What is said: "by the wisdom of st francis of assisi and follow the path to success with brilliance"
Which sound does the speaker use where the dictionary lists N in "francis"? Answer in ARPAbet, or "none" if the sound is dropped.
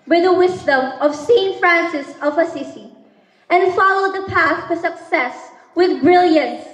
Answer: N